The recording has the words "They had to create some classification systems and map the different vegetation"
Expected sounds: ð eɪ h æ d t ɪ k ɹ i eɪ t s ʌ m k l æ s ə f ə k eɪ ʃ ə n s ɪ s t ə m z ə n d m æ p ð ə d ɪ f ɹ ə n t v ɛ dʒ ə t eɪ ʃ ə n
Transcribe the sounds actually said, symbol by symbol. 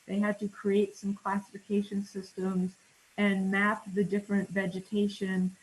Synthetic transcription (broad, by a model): ð eɪ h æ d t ɪ k ɹ i eɪ t s ʌ m k l æ s ə f ə k eɪ ʃ ə n s ɪ s t ə m z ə n m æ p ð ə d ɪ f ɹ ə n t v ɛ dʒ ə t eɪ ʃ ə n